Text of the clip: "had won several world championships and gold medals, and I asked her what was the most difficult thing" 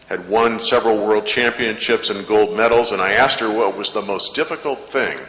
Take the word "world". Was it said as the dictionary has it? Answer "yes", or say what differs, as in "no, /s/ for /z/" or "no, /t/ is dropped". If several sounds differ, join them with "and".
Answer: yes